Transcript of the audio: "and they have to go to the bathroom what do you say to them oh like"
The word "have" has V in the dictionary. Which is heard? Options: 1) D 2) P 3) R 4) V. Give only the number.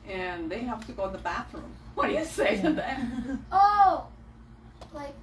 2